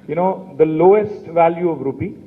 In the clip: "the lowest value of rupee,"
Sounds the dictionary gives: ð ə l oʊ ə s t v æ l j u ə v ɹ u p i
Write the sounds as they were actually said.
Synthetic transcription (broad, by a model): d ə l oʊ ə s t v æ l j u ə v ɹ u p i